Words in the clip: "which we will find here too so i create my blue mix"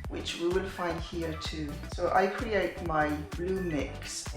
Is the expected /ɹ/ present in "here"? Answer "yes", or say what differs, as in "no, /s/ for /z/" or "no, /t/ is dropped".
yes